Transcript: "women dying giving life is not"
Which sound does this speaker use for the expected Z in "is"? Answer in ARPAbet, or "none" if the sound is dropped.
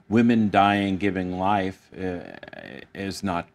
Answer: Z